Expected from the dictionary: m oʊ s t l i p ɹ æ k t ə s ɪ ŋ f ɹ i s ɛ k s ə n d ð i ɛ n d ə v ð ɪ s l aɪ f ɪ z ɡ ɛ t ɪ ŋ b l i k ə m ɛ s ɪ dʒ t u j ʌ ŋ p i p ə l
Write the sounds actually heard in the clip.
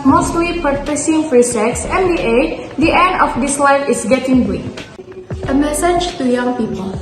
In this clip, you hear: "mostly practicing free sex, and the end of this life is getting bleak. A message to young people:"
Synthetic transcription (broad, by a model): m oʊ s t l i p ʌ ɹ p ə s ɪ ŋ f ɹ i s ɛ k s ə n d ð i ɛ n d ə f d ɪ s l aɪ f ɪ s ɡ ɛ t ɪ ŋ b i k ə m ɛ s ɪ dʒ t u j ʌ ŋ p i p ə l